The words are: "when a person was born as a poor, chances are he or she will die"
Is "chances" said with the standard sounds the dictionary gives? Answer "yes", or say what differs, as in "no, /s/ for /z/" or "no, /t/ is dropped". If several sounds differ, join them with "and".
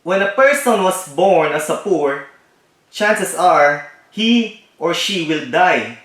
no, /s/ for /z/